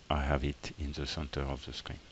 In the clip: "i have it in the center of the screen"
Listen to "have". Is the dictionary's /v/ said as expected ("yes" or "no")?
yes